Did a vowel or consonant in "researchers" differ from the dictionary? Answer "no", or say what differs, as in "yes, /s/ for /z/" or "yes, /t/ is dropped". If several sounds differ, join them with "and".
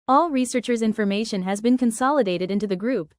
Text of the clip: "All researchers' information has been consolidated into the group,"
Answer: no